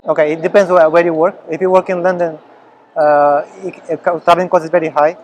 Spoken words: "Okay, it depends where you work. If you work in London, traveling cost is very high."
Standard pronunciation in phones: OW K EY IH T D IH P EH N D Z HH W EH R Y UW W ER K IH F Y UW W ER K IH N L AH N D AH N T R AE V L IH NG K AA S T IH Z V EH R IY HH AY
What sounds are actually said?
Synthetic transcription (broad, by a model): OW K EY IH T D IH P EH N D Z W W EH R Y UW W ER K IH F Y UW W ER K IH N L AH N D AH N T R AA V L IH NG K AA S IH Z V EH R IY HH AY